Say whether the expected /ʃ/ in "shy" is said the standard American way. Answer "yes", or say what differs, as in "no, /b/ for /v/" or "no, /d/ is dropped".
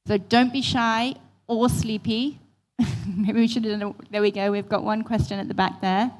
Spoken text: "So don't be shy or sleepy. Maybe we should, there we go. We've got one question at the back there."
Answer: yes